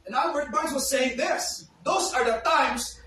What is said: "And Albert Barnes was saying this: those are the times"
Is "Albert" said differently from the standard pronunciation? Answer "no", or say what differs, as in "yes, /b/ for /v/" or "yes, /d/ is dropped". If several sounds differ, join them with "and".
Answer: yes, /l/ is dropped